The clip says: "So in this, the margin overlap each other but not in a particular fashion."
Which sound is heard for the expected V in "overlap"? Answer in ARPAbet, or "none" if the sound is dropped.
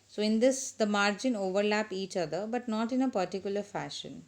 V